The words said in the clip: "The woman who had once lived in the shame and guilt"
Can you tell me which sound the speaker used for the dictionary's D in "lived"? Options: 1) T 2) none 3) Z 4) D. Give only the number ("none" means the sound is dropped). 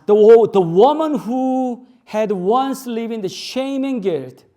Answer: 2